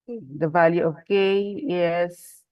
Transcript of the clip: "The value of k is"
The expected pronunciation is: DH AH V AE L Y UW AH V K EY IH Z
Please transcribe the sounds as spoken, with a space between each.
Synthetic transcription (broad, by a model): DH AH V AE L Y UW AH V K EY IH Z